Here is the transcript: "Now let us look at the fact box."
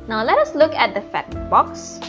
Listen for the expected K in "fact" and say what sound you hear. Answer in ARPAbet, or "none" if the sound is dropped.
none